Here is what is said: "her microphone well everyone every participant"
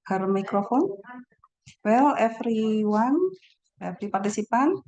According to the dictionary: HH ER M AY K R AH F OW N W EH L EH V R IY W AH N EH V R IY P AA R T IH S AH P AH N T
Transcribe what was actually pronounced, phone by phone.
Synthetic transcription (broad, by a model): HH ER M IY K R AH F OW N W EH L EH F R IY W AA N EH F R IY P AA R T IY S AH P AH N